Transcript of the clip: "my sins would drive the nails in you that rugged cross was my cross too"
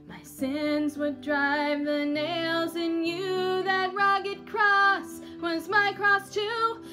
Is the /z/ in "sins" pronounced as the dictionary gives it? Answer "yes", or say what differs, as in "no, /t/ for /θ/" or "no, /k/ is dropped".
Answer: yes